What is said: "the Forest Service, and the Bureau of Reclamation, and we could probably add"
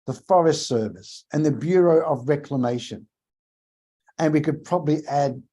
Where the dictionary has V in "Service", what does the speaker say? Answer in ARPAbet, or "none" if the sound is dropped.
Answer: V